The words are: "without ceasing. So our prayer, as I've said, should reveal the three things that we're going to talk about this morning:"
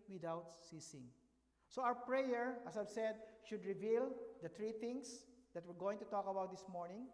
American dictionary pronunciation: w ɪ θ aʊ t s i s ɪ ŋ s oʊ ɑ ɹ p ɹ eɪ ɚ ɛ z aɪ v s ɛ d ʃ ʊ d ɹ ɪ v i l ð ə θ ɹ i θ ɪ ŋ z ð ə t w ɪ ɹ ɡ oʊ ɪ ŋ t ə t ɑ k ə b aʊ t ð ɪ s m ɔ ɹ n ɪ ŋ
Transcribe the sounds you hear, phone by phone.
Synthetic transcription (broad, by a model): w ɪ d aʊ t s i s ɪ ŋ s oʊ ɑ w p ɹ eɪ ɚ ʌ s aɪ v s ɛ d ʃ ʊ d ɹ ɪ v i l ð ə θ ɹ i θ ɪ ŋ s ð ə t w ɪ ɹ ɡ oʊ ɪ ŋ t ə t ɑ k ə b aʊ t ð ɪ s m ɔ ɹ n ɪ ŋ